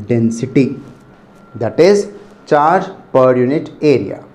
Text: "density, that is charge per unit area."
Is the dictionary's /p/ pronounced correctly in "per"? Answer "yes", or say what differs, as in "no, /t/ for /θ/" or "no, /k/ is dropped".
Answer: yes